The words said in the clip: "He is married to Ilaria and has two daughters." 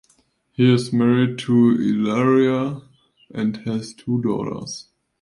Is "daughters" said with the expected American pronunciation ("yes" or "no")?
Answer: no